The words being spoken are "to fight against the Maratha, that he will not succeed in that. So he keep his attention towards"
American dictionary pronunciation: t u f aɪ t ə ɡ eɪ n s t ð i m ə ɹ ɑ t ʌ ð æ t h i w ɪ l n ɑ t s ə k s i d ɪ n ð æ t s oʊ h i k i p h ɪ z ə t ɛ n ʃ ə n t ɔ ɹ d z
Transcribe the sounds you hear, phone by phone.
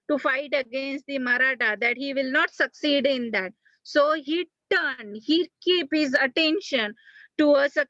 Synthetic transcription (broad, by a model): t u f aɪ t ə ɡ eɪ n s t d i m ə ɹ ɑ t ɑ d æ t h i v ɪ l n ɑ t s ə k s i d ɪ n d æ t s oʊ h i k i p h ɪ z ə t ɛ n ʃ ə n t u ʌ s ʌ